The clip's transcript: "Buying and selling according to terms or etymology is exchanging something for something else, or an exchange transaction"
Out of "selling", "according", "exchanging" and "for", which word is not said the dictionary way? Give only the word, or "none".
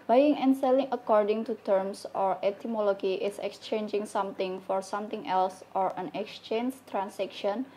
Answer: none